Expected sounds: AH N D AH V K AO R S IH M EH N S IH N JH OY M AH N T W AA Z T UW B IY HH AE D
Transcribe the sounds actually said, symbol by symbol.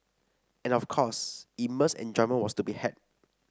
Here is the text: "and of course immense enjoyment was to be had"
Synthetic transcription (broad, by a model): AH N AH F K AO S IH M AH S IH N JH OY M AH N W AA S T UW B IY HH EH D